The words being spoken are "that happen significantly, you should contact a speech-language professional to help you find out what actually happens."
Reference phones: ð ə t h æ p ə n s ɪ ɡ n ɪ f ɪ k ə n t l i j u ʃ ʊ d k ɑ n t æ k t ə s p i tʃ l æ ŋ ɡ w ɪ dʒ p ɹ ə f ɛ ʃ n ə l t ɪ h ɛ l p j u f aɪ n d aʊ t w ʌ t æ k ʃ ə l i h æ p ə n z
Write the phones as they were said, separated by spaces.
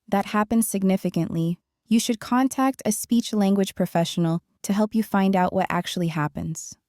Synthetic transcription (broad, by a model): ð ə t h æ p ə n s ɪ ɡ n ɪ f ɪ k ə n t l i j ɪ ʃ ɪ d k ɑ n t æ k t ə s p i tʃ l æ ŋ ɡ w ɪ dʒ p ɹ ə f ɛ ʃ n l t ɪ h ɛ l p j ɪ f aɪ n d aʊ t w ʌ t æ k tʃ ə l i h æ p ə n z